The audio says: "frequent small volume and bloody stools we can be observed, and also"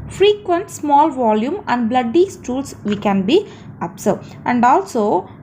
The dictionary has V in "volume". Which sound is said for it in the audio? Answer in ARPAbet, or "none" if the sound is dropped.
V